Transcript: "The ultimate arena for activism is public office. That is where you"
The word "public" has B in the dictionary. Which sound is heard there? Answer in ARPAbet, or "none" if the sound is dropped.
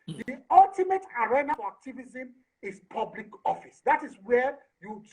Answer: B